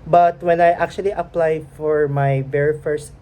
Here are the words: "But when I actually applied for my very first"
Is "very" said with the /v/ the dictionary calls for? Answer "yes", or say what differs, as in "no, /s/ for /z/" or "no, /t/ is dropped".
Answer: no, /b/ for /v/